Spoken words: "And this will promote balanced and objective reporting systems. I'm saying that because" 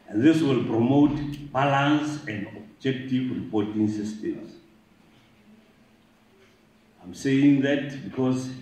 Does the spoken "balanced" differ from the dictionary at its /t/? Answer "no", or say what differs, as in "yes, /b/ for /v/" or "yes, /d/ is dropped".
yes, /t/ is dropped